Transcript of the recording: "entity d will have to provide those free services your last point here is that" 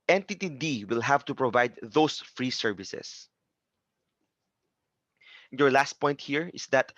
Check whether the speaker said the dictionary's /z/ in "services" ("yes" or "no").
no